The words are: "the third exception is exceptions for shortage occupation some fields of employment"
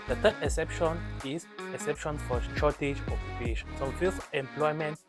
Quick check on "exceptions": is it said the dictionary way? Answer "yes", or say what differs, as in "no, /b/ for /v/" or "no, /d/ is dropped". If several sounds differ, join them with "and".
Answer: no, /s/ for /z/